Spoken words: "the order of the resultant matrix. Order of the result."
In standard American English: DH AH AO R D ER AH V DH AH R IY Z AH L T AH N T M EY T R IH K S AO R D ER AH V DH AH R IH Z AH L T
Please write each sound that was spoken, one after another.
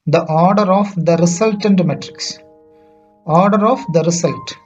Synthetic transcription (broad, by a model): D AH AO R D ER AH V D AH R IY S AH L T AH N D M EY T R IH K S AO R D ER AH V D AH R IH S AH L T